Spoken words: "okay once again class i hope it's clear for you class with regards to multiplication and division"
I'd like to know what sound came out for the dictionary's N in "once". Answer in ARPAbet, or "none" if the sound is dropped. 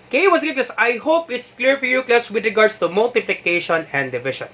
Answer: none